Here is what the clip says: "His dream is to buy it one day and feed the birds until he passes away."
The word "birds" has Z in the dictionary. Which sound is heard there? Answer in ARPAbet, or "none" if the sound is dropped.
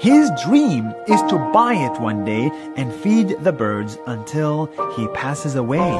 Z